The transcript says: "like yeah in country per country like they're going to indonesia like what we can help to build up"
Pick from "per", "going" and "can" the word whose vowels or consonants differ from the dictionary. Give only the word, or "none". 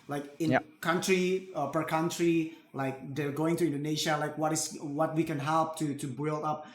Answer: none